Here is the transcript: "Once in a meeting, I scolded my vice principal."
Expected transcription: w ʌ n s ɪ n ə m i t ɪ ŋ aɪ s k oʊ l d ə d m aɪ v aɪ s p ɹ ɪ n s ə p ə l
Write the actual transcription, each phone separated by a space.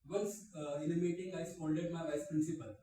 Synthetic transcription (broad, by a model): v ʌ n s ɪ n ə m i t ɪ ŋ aɪ s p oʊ n d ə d m aɪ v aɪ s p ɹ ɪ n s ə p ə l